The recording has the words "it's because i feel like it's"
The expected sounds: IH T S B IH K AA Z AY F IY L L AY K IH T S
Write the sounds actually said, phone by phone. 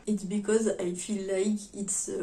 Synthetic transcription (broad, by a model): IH T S B IH K AA Z AY F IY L L AY K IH T S